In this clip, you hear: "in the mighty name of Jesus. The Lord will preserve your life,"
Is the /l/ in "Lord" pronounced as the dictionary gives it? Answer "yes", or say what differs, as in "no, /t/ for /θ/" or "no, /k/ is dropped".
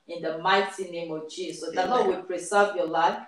no, /n/ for /l/